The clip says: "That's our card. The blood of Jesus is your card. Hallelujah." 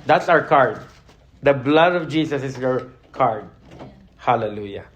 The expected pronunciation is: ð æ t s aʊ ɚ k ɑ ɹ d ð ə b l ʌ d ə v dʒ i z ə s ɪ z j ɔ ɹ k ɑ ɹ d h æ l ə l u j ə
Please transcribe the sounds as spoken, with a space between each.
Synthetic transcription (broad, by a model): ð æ t s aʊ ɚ k ɑ ɹ d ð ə b l ʌ d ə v dʒ i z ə s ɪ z j ɔ ɹ k ɑ ɹ d h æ l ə l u j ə